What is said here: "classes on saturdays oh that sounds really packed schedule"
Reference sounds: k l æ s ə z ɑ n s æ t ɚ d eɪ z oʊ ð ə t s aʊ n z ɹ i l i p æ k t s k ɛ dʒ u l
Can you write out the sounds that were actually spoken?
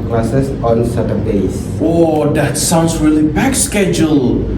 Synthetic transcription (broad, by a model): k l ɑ s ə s ɑ n s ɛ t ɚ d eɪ s oʊ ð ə t s aʊ n s ɹ i l i b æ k s k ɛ dʒ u l